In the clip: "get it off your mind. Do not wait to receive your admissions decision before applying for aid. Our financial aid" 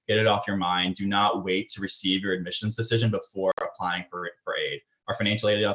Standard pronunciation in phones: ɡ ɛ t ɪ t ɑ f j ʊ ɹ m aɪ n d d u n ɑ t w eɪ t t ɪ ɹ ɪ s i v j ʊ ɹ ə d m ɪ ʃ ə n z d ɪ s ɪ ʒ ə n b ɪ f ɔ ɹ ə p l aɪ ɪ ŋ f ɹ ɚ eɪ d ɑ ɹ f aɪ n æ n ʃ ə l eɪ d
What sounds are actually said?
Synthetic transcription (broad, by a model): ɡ ɛ t ɪ t ɑ f j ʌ ɹ m aɪ n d d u n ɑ t w eɪ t t ɪ ɹ ɪ s i v j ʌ ɹ ə d m ɪ ʃ ə n z d ɪ s ɪ ʒ ə n b ɪ f ɔ ɹ ə p l aɪ ɪ ŋ f ɹ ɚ eɪ d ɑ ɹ f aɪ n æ n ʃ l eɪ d